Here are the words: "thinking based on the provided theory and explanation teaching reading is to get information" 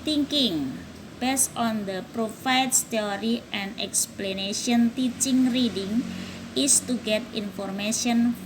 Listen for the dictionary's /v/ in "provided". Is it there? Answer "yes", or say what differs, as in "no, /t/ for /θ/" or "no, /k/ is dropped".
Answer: no, /f/ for /v/